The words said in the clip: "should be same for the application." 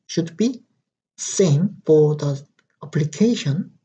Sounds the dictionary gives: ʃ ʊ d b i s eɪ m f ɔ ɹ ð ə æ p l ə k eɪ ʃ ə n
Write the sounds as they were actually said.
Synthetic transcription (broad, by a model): ʃ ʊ d b i s eɪ m f ɔ ɹ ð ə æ p l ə k eɪ ʃ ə n